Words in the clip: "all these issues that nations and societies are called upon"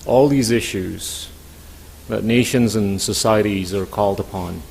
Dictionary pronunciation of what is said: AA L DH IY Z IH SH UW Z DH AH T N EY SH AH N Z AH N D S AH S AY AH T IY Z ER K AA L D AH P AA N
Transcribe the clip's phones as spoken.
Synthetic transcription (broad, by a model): AA L DH IY Z IH SH UW Z DH AH T N EY SH AH N Z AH N S AH S AY AH T IY Z ER K AA L D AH P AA N